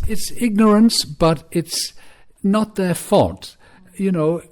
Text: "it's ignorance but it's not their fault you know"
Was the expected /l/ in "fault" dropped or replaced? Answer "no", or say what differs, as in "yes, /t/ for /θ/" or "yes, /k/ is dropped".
yes, /l/ is dropped